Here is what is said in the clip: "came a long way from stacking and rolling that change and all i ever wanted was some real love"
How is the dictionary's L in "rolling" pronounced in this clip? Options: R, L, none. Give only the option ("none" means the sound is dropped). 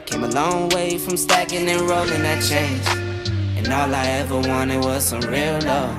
L